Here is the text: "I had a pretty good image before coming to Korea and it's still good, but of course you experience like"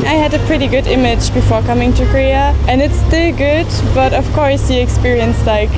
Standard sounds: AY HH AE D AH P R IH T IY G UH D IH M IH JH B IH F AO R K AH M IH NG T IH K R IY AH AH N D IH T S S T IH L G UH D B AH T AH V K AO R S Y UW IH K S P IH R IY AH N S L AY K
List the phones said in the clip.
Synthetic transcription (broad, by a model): AY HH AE D AH P R IH T IY G UH D IH M IH JH B IH F AO R K AH M IH NG T IH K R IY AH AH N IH T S S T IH L G UH D B AH T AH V K AO R S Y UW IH K S P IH R IY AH N S L AY K